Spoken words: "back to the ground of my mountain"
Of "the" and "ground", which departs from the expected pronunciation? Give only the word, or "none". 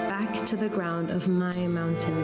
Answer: none